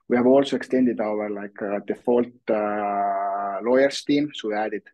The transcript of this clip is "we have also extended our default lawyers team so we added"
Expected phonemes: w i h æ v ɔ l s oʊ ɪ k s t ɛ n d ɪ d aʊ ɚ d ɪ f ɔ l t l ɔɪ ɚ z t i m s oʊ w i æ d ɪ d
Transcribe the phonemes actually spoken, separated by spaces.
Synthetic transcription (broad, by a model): w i h æ v ɔ l s oʊ ɪ k s t ɛ n d ɪ d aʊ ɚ d ɪ f ɔ l t l ɔɪ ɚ s t i m s oʊ w i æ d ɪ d